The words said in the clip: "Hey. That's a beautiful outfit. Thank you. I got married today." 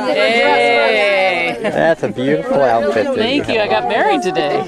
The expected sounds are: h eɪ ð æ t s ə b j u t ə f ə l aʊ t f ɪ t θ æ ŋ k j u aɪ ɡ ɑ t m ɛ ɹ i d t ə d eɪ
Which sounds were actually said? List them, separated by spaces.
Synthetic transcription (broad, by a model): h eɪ ð æ t s ə b j u t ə f l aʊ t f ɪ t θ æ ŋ k j u aɪ ɡ ɑ t m ɛ ɹ i d t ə d eɪ